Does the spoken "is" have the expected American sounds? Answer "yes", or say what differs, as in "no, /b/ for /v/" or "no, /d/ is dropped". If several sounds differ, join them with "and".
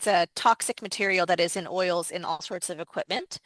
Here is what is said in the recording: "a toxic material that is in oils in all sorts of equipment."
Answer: yes